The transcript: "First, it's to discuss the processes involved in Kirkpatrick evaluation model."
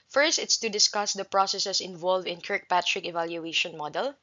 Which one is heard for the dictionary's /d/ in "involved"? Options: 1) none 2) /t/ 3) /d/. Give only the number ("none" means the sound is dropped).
1